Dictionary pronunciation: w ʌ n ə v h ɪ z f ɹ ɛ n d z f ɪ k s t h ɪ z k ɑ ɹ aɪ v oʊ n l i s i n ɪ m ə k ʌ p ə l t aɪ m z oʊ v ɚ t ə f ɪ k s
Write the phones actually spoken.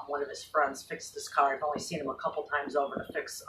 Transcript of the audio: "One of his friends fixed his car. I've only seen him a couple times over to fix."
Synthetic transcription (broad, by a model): w ʌ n ə v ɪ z f ɹ ɛ n d z f ɪ k s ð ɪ s k ɑ ɹ aɪ v oʊ n l i s i n ɪ m ə k ʌ p l t aɪ m z oʊ v ɚ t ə f ɪ k s